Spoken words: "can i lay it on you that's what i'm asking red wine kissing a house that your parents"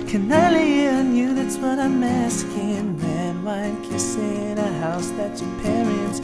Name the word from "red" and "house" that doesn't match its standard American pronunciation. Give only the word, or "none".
red